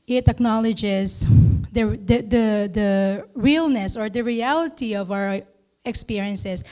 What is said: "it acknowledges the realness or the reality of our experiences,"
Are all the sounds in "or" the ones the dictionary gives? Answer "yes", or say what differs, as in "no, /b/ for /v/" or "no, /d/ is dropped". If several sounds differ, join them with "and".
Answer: yes